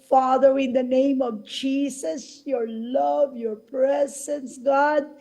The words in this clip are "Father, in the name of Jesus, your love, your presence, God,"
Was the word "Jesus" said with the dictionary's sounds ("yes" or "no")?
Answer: no